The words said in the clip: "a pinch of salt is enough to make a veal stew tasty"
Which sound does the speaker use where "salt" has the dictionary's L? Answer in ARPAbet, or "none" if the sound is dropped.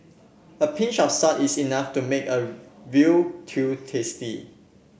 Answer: none